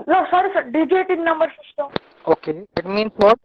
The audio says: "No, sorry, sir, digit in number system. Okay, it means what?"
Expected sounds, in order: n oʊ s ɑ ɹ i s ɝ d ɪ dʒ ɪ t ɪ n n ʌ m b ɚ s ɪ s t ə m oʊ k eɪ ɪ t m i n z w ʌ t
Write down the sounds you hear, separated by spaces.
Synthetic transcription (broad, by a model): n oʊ s ɑ ɹ i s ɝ d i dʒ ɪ t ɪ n n ʌ m b ɚ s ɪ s t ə oʊ k eɪ ɪ t m i n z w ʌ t